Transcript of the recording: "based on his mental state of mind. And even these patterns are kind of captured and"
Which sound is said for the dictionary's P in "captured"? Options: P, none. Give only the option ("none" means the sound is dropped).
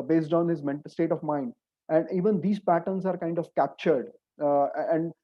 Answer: P